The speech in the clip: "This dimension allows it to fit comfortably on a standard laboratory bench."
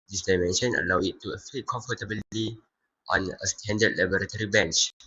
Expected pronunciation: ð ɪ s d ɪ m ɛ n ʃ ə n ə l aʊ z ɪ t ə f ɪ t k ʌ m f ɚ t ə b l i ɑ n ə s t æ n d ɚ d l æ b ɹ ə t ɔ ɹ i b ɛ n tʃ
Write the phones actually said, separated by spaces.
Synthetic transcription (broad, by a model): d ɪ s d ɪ m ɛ n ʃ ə n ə l aʊ ɪ t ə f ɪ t k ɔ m f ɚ t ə b l i ɑ n ə s t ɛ n d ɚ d l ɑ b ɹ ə t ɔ ɹ i b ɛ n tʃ